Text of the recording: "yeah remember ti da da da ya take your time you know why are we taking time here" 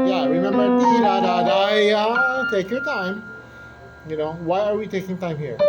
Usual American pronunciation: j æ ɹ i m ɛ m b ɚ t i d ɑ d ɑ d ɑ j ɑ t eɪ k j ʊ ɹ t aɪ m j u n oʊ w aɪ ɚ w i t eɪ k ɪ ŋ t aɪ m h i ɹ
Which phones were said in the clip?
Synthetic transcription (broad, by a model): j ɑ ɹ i m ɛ m b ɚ s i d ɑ d ɑ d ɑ j ɑ t eɪ k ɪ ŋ t aɪ m j u n oʊ w aɪ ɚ w i t eɪ k ɪ ŋ t aɪ m h i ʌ